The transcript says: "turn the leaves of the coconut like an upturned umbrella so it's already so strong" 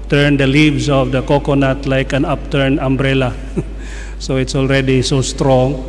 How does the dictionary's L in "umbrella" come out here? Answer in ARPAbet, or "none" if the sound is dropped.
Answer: L